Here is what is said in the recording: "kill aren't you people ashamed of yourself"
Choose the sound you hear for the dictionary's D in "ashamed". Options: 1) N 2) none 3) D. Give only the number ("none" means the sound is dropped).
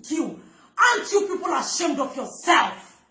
3